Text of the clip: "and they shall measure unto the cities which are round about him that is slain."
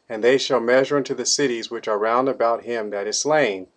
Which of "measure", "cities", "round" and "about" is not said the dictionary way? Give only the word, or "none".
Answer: none